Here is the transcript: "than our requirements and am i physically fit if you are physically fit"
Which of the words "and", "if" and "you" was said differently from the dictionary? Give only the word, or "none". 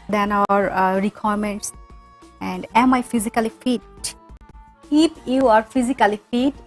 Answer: if